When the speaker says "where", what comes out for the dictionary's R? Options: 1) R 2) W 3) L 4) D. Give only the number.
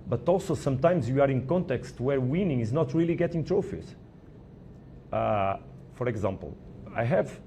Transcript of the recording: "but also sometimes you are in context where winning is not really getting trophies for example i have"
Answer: 1